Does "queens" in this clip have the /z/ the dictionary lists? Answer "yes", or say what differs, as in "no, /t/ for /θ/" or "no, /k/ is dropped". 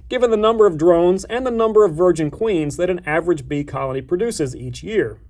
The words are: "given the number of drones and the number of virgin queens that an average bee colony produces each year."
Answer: yes